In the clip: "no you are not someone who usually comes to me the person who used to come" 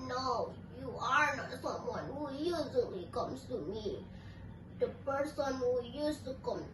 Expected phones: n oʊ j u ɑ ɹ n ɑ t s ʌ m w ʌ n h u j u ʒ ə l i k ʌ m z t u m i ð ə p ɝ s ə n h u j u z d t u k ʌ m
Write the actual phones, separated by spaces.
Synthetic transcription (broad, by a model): n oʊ j u ɑ ɹ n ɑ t s ʌ m w ʌ n h u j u z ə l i k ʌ m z t u m i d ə p ɝ s ə n h u j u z t u k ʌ m